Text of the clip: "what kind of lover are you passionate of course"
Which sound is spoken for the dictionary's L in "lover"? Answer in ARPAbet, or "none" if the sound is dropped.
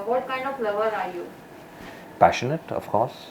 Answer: L